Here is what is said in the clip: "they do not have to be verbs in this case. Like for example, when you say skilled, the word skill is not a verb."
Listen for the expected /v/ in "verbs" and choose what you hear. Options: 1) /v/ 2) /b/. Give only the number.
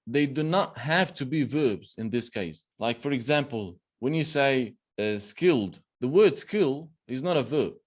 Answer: 1